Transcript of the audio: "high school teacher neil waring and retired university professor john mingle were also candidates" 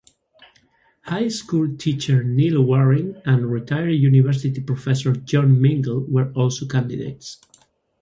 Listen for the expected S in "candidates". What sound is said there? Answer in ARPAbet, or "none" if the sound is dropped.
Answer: S